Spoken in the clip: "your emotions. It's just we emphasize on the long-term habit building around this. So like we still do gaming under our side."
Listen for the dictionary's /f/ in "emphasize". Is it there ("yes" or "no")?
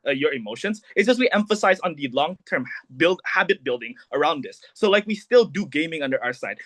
yes